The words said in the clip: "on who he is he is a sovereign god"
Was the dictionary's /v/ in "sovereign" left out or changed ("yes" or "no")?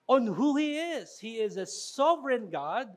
no